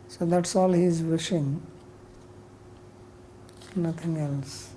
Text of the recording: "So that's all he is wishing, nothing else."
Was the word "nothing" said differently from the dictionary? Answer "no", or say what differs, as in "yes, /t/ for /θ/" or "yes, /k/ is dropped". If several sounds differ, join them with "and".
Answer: yes, /t/ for /θ/